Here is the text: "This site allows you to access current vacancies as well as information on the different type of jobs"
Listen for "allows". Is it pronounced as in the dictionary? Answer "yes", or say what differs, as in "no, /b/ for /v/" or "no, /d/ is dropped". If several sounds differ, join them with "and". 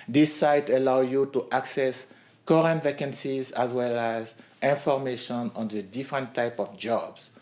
no, /z/ is dropped